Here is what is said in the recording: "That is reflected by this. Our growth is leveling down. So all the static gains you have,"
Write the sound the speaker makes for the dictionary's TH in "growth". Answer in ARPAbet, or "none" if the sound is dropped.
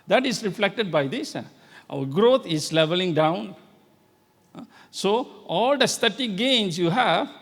T